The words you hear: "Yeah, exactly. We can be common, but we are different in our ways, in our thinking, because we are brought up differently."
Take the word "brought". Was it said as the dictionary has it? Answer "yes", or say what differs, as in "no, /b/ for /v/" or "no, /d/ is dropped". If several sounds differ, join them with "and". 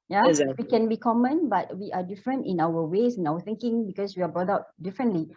no, /t/ is dropped